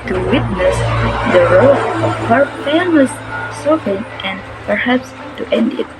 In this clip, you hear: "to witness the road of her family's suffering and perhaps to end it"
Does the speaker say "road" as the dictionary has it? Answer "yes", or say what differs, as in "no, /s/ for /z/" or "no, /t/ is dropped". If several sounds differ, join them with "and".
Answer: no, /d/ is dropped